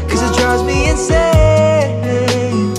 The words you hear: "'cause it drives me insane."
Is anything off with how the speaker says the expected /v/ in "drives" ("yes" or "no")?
yes